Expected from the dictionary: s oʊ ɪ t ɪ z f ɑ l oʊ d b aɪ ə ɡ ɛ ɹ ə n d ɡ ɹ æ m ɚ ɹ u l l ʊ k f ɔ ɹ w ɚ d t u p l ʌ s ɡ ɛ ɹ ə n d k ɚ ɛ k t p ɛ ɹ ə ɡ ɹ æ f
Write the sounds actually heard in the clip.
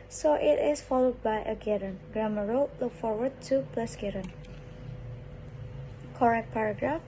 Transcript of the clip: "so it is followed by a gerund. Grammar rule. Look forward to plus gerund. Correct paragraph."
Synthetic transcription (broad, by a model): s oʊ ɪ t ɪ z f ɑ l oʊ d b aɪ ə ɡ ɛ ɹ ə n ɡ ɹ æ m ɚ ɹ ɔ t l ʊ k f ɔ ɹ w ɚ d t u p l ʌ s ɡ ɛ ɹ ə n k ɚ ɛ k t p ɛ ɹ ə ɡ ɹ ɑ f